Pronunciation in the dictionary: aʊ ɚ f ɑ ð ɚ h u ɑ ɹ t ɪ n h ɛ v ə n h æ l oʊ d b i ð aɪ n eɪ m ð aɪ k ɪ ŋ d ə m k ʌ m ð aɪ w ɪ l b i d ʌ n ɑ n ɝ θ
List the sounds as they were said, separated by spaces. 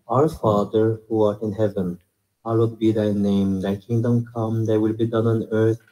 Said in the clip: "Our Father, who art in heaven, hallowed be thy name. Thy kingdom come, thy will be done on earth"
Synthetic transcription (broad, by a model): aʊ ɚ f ɑ ð ɚ h u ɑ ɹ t ɪ n h ɛ v ə n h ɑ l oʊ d b i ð aɪ n eɪ m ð aɪ k ɪ ŋ d ə m k ʌ m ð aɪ w ɪ l b i d ʌ n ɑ n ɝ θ